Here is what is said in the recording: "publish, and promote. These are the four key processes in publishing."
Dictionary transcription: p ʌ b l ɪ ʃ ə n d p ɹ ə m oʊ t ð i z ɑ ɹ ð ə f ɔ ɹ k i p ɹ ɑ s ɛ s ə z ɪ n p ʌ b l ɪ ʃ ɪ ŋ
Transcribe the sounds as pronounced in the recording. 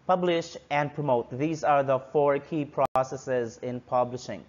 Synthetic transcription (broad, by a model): p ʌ b l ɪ ʃ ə n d p ɹ ə m oʊ t ð i z ɑ ɹ ð ə f ɔ ɹ k i p ɹ ɑ s ɛ s ə z ɪ n p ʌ b l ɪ ʃ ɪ ŋ